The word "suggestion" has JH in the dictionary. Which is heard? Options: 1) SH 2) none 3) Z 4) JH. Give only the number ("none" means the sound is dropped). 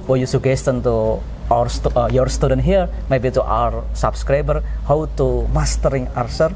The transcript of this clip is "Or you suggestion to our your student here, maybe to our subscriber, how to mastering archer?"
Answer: 2